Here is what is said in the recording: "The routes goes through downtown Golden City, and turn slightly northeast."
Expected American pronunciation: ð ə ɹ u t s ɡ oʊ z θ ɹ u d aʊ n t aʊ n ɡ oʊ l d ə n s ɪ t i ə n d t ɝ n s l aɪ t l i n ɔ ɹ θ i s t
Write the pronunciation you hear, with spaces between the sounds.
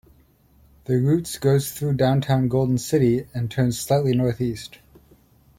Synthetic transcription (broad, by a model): ð ə ɹ u t s ɡ oʊ z θ ɹ u d aʊ n t aʊ n ɡ oʊ l d n s ɪ t i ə n t ɝ n s l aɪ t l i n ɔ ɹ θ i s t